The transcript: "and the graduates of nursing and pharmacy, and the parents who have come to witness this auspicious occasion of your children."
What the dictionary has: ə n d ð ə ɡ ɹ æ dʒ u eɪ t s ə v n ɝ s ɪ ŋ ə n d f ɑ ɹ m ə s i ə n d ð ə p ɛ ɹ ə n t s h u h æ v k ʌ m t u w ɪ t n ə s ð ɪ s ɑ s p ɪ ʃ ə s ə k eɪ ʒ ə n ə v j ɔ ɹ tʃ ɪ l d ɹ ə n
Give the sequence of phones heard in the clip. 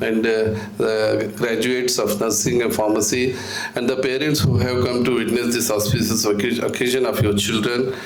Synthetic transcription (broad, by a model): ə n d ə ɡ ɹ æ dʒ u eɪ t s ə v n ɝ s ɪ ŋ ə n f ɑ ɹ m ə s i ə n d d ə p ɛ ɹ ə n t s h u h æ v k ʌ m t u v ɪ t n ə s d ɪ s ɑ s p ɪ s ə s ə k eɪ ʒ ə n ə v j ɔ ɹ tʃ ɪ l d ɹ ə n